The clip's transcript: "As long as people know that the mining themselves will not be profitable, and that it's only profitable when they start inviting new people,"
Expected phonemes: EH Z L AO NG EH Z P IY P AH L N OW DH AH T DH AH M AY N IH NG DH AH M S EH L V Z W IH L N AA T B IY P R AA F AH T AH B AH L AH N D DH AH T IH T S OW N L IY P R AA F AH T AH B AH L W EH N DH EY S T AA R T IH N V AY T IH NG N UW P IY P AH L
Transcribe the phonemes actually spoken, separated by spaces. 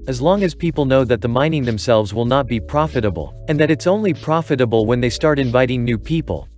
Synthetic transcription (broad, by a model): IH Z L AO NG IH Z P IY P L N OW DH AH T DH AH M AY N IH NG DH AH M S EH L V Z W IH L N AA T B IY P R AA F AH T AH B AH L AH N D DH AH T IH T S OW N L IY P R AA F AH T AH B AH L W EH N DH EY S T AA R T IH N V AY T IH NG N UW P IY P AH L